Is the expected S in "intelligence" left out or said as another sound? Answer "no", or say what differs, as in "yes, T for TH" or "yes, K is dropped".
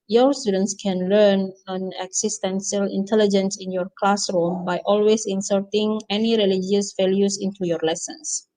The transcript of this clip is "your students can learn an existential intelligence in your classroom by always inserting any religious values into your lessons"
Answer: no